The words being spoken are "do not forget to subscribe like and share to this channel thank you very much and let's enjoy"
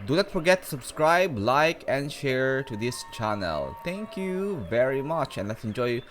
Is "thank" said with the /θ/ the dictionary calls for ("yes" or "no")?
no